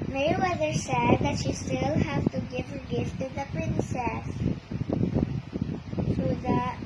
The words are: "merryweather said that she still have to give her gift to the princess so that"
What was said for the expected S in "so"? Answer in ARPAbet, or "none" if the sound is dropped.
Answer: TH